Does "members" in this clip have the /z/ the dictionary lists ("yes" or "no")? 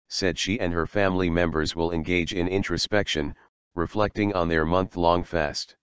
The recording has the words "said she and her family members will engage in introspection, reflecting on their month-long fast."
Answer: yes